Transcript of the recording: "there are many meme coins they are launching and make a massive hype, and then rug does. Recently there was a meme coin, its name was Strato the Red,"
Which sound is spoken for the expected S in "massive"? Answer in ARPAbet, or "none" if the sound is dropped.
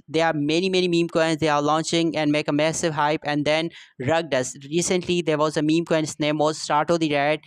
S